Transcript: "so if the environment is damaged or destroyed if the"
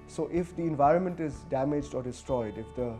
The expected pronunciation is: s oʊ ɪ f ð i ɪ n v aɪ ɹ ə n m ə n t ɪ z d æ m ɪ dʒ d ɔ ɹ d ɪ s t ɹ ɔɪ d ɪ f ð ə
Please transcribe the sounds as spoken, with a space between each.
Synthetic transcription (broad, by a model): s oʊ ɪ f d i ɪ n v aɪ ɹ ə n m ə n t ɪ z d æ m ɪ dʒ d ɔ ɹ d ɪ s t ɹ ɔɪ d ɪ f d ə